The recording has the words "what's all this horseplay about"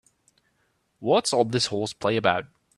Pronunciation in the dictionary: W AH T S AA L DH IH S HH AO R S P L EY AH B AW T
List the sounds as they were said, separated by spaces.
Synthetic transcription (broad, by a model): W AH T S AA L DH IH S HH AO L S P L EY AH B AW T